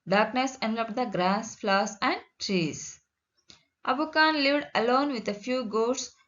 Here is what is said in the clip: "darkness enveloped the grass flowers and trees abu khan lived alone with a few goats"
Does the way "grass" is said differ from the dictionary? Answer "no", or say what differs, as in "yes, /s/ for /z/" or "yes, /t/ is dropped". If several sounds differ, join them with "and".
no